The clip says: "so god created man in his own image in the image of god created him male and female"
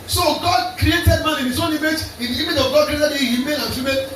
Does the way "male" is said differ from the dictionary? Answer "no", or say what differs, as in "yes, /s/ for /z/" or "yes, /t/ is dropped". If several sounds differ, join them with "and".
yes, /n/ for /l/